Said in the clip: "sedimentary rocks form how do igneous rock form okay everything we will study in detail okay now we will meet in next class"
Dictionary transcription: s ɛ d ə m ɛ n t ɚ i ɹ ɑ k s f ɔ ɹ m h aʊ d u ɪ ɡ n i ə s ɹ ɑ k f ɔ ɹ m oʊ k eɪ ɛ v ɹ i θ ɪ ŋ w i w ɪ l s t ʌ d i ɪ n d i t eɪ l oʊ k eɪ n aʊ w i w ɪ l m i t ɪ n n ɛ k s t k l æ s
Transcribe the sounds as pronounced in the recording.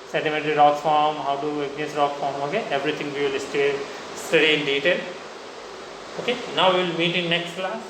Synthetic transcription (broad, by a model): s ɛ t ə m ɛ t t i ɹ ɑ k f ɔ ɹ m h aʊ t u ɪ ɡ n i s ɹ ɑ k f ɔ ɹ m oʊ k eɪ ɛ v ɹ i t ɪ ŋ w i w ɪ l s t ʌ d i ɪ n d i t eɪ l oʊ k eɪ n aʊ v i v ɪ l m i t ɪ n n ɛ k s t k l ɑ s